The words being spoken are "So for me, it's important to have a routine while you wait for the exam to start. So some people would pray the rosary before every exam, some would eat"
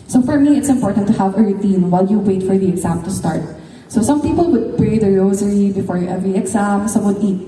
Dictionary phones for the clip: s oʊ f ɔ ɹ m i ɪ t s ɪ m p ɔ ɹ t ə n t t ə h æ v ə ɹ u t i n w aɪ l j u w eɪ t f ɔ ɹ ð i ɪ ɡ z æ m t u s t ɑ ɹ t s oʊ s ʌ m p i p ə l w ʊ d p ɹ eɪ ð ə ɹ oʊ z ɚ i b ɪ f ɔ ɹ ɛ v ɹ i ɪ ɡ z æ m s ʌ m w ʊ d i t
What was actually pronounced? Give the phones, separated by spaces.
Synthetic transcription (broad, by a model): s oʊ f ɔ ɹ m i ɪ t s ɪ m p ɔ ɹ t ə n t t ə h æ v ə ɹ u t i n w aɪ l j u w eɪ t f ɔ ɹ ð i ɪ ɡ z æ m t u s t ɑ ɹ t s oʊ s ʌ m p i p ə l w ʊ d p ɹ eɪ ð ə ɹ oʊ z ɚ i b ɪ f ɔ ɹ ɛ v ɹ i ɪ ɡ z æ m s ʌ w ʊ d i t